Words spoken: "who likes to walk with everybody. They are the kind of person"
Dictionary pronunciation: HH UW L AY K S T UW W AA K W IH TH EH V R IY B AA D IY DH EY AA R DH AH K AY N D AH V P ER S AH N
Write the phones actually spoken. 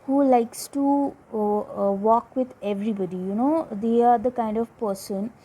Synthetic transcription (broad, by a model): HH UW L AY K S T UW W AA K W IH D EH V R IY B AA D IY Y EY AA R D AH K AY N D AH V P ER S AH N